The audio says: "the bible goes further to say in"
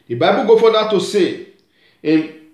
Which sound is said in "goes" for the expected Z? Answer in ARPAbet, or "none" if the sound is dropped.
none